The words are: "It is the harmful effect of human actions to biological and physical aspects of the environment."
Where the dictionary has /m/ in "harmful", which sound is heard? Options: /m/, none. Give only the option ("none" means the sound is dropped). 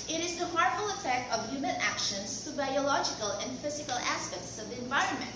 none